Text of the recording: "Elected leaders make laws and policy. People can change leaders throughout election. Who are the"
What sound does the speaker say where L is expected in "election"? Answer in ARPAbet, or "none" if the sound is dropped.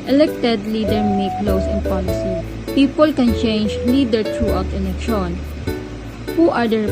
N